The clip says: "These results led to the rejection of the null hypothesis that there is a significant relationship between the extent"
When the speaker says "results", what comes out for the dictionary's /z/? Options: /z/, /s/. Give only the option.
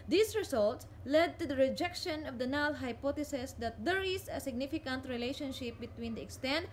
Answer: /s/